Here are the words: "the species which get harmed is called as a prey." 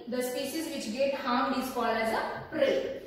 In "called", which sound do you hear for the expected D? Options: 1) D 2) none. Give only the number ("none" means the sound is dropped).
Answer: 2